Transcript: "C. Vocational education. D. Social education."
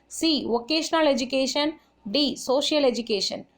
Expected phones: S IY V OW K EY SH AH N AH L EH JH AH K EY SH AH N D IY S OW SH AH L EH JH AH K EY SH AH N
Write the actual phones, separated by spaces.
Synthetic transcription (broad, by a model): S IY V OW K EY SH AH N AH L EH JH AH K EY SH AH N D IY S OW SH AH L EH JH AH K EY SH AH N